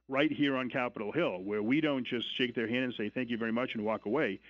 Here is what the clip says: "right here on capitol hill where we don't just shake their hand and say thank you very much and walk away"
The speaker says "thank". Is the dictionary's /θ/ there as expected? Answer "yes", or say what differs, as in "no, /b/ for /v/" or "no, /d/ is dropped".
yes